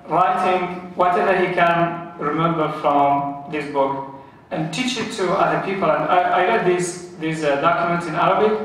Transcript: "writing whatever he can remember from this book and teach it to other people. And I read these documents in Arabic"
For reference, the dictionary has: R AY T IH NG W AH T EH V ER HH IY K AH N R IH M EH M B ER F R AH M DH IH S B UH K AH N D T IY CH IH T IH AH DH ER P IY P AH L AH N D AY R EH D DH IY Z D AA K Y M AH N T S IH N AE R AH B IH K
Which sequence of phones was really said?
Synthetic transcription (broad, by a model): R AY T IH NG W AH T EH V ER HH IY K AH N R IH M EH M B ER F R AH M DH IH S B UH K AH N T IY CH IH T IH AH DH ER P IY P AH L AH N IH AY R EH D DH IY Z D AA K Y M AH N T S IH N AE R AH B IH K